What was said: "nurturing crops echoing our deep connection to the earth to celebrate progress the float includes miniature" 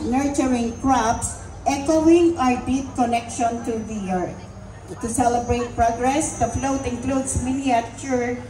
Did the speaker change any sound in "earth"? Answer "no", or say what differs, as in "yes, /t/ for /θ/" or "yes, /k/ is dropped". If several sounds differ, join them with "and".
yes, /t/ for /θ/